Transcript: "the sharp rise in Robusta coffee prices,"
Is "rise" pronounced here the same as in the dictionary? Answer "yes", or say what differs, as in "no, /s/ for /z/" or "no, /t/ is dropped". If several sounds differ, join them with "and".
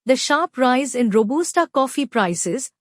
yes